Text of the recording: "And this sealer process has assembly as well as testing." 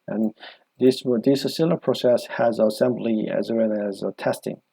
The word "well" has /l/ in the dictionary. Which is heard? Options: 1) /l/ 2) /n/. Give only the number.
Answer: 2